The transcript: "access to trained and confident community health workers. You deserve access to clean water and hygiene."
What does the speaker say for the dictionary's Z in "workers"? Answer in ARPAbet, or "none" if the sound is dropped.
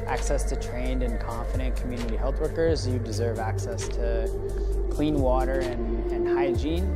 Z